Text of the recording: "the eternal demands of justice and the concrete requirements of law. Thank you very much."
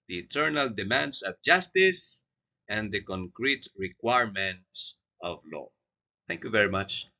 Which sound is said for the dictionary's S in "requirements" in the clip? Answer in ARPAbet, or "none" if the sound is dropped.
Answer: S